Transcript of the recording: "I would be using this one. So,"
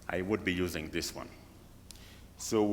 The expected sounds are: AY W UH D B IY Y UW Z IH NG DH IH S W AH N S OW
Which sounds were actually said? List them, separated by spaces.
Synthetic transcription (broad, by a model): AY W UH D B IY Y UW Z IH NG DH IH S W AH N S OW